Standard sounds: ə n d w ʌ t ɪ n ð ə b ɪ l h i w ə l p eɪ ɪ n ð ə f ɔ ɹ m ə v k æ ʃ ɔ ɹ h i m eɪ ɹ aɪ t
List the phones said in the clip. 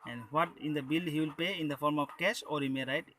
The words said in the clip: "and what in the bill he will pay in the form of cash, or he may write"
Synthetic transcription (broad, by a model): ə n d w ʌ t ɪ n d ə b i l h i w ə l p eɪ ɪ n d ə f ɔ ɹ m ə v k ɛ s ɔ ɹ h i m eɪ ɹ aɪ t